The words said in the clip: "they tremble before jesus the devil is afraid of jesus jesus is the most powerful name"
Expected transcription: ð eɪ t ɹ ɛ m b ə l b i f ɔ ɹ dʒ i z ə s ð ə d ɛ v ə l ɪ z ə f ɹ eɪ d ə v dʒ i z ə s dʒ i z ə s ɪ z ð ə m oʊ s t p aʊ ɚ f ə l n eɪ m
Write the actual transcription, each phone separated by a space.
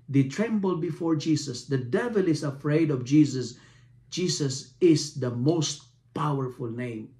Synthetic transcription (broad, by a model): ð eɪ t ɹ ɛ m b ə l b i f ɔ ɹ dʒ i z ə s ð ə d ɛ v ə l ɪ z ə f ɹ eɪ d ə v dʒ i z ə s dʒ i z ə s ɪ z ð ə m oʊ s t p aʊ ɚ f ə l n eɪ m